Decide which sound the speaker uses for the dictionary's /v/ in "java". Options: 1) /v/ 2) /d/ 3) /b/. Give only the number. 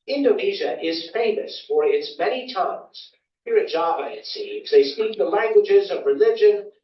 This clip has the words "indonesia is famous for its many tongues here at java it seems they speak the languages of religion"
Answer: 3